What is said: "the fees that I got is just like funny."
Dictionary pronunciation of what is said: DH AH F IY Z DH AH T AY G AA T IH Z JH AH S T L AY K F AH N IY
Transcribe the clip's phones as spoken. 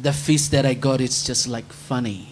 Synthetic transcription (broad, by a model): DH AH F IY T DH AH T AY G AA T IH S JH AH S T L AY K F AH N IY